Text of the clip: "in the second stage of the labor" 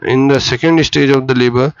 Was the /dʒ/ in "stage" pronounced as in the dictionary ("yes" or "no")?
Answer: yes